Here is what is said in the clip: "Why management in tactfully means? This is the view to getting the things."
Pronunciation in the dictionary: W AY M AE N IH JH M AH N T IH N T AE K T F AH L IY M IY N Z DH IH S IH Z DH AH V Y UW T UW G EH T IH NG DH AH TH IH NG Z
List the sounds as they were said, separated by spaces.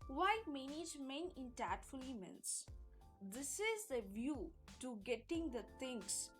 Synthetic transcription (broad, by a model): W AY M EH N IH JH M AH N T IH N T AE T F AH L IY M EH N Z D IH S IH Z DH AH V Y UW T UW G EH T IH NG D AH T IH NG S